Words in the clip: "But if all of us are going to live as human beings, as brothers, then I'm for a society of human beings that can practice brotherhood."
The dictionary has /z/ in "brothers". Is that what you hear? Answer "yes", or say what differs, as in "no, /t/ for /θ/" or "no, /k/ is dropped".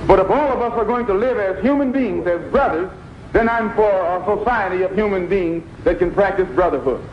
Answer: yes